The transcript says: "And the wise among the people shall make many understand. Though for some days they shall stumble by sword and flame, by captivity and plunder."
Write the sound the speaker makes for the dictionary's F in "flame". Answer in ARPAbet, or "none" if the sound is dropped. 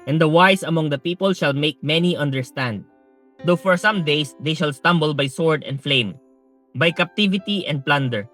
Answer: F